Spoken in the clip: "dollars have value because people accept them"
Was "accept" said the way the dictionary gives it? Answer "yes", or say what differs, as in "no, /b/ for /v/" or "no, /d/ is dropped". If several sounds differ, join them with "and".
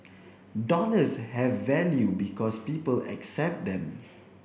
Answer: yes